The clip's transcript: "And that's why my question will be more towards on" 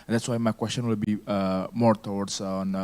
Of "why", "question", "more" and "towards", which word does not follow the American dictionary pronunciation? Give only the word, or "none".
towards